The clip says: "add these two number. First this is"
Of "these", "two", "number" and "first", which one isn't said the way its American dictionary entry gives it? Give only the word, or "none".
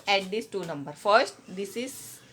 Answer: these